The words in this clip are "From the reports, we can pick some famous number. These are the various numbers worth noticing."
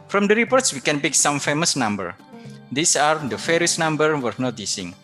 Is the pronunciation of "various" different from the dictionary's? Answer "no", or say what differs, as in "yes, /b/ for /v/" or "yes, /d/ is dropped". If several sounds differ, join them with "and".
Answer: yes, /f/ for /v/